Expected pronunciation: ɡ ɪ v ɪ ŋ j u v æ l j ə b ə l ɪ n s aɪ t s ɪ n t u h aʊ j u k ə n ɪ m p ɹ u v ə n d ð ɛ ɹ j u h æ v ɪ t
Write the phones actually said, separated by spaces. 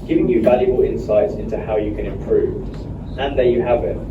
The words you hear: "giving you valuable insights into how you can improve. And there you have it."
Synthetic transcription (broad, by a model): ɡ ɪ v ɪ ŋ j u v æ l j ə b ə l ɪ n s aɪ t s ɪ n t u h aʊ j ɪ k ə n ɪ m p ɹ u v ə n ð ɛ j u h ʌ v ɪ t